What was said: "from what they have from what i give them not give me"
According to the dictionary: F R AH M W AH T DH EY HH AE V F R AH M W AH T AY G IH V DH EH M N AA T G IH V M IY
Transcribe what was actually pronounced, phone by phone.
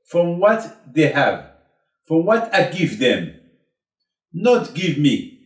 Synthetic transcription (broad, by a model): F R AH M W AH T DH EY HH AE V F R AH M W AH T AY G IH V DH EH M N AA T G IH V M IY